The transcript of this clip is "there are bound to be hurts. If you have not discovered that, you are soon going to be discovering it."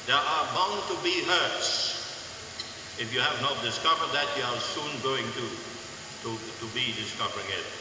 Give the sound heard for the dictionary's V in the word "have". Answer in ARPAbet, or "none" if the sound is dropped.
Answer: V